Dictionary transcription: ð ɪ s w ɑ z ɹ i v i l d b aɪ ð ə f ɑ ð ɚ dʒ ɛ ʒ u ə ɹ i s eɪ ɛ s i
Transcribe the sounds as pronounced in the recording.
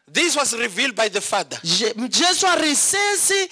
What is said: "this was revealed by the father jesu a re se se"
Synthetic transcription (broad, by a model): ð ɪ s w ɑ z ɹ i v i l d b aɪ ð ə f ɑ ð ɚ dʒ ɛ s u ə ɹ i s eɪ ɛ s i